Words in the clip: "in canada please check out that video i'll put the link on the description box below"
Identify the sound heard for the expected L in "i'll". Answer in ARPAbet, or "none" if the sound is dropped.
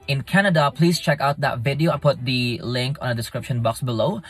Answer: N